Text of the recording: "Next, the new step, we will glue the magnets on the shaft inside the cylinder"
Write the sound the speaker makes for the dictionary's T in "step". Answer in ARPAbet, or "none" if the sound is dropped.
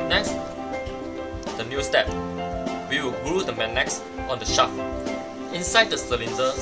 T